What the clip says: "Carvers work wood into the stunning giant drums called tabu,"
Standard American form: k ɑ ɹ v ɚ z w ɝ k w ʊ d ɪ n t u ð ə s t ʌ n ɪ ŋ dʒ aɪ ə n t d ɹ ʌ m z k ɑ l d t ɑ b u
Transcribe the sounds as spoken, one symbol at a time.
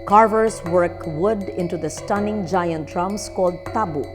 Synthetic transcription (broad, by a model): k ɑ ɹ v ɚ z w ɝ k w ʊ d ɪ n t u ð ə s t ʌ n ɪ ŋ dʒ aɪ ə n t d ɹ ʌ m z k ɑ l d t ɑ b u